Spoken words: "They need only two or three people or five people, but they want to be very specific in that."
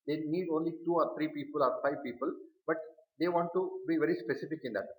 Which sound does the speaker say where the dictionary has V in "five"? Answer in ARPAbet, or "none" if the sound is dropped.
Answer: V